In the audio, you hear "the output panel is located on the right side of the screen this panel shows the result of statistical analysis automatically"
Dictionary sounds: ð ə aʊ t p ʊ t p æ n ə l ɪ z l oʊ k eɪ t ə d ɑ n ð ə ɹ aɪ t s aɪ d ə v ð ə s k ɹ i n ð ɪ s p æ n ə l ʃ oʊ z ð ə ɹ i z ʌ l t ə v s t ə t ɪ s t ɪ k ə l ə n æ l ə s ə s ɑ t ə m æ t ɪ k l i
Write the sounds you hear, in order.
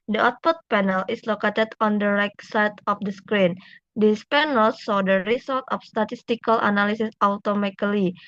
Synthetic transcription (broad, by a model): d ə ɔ t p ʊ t p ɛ n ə l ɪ s l oʊ k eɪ t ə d ɑ n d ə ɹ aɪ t s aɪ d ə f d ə s k ɹ i n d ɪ s p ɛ n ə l s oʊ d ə ɹ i s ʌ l t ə f s t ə t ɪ s t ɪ k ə l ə n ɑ l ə s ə s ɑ t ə m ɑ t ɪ l i